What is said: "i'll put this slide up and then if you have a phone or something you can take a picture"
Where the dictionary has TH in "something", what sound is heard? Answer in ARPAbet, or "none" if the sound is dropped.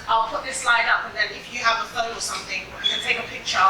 TH